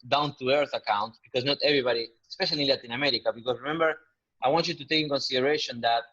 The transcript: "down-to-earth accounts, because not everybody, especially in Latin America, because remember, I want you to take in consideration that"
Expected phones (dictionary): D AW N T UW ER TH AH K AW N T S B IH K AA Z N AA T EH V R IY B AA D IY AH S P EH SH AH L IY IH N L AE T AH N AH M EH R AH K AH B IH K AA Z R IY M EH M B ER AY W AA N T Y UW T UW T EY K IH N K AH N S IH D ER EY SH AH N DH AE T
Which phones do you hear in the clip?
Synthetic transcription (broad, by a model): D AW N T UW ER TH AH K AW N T B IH K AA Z N AA T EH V R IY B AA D IY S P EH SH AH L IY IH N L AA T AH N AH M EH R AH K AH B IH K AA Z R IY M EH M B ER AY W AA N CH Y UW T UW T EY K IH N K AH N S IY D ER EY SH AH N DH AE T